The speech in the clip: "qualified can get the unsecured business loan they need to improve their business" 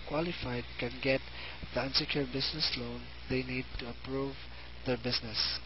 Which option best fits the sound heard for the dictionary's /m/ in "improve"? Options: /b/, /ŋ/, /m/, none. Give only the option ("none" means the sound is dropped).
none